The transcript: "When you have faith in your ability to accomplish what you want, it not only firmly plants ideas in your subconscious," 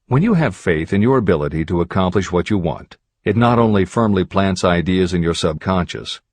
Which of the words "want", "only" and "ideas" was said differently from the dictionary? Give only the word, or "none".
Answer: none